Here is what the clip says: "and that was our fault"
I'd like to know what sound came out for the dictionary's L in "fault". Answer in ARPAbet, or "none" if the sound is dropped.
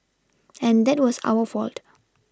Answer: L